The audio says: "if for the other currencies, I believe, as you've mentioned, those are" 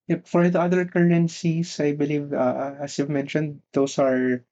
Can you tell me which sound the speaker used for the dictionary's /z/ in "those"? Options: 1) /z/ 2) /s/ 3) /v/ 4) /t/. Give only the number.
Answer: 2